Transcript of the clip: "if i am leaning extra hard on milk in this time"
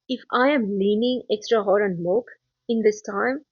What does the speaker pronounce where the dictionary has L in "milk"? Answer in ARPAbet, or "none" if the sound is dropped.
none